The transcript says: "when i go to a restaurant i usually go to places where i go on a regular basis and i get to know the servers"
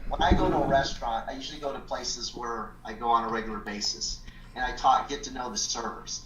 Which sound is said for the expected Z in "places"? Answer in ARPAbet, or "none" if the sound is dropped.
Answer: Z